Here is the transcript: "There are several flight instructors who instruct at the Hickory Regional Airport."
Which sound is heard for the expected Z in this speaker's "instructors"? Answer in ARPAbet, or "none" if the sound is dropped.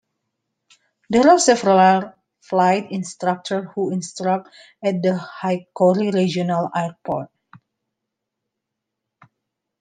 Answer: none